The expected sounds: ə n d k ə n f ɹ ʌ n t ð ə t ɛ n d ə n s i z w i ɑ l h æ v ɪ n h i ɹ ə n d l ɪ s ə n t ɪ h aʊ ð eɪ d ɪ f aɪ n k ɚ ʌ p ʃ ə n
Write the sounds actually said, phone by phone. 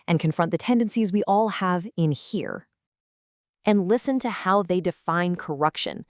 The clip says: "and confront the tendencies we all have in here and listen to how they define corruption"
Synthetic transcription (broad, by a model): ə n k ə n f ɹ ʌ n ð ə t ɛ n d ə n s i z w i ɑ l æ v ɪ n h i ɹ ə n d l ɪ s ə n t ɪ h aʊ ð eɪ d ɪ f aɪ n k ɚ ʌ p ʃ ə n